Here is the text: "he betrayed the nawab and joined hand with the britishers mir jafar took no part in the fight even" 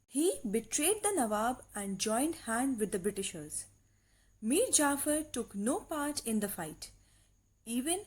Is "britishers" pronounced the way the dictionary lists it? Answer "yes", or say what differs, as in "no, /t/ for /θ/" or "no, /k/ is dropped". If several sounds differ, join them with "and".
yes